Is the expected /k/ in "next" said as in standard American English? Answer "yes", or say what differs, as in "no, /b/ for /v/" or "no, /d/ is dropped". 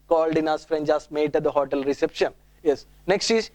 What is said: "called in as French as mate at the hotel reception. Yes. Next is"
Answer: yes